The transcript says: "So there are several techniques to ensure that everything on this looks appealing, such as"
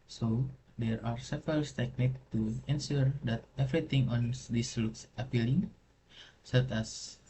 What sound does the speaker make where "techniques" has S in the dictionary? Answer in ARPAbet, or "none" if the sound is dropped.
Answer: none